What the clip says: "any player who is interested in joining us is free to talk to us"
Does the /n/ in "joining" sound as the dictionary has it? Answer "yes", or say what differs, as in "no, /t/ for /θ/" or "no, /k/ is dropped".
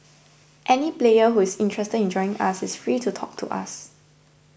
no, /n/ is dropped